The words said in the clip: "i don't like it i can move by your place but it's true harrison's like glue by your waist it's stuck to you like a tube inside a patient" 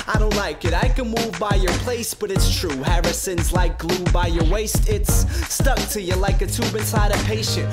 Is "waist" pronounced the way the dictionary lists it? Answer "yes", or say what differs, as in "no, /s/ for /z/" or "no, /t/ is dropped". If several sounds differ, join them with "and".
yes